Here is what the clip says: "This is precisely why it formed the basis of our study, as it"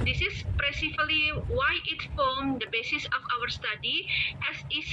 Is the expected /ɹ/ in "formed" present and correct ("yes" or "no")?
no